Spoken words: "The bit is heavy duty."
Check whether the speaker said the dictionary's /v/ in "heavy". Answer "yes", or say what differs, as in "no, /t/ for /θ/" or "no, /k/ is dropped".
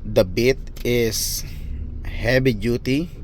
no, /b/ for /v/